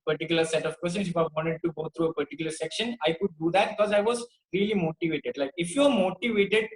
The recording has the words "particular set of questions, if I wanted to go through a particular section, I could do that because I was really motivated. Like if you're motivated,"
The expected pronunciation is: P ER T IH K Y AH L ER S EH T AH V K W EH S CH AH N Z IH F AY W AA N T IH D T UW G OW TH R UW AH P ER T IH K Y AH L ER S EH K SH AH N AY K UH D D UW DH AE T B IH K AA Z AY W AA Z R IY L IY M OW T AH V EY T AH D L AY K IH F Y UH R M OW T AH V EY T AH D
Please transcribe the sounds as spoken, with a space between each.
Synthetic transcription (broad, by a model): P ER T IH K Y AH L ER S EH T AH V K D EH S AH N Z IH F AY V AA N T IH D T UW G OW T R UW AH P ER T IH K Y AH L ER S EH K SH AH N AY K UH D D UW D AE T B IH K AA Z AY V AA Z R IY L IY M OW T AH V EY T AH D L AY K IH F Y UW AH M OW T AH V EY T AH D